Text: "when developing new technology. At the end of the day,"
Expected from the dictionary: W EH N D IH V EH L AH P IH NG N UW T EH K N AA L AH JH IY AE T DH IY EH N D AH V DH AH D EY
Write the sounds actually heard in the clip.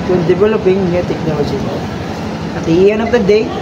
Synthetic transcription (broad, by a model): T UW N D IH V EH L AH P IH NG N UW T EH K N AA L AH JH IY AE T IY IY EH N AH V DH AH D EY